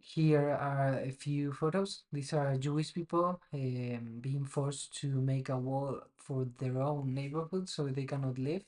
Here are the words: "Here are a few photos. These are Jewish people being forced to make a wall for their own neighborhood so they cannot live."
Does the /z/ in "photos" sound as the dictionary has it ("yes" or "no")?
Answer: no